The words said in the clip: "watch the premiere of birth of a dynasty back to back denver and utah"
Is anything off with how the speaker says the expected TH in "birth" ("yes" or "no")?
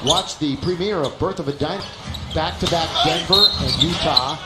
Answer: no